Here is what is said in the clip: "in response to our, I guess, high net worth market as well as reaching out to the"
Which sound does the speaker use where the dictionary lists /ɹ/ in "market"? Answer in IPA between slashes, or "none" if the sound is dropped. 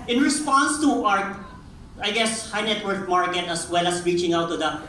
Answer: /ɹ/